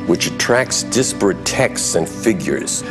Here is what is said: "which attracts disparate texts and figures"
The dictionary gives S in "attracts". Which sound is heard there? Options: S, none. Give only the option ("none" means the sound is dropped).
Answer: S